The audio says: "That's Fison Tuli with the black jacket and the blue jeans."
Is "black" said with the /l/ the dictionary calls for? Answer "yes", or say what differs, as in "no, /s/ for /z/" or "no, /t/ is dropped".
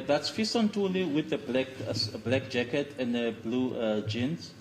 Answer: yes